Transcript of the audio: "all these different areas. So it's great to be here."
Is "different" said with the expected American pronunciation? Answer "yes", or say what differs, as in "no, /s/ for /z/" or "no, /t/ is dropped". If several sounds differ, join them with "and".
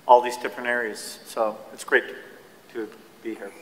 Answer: no, /p/ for /f/ and /t/ is dropped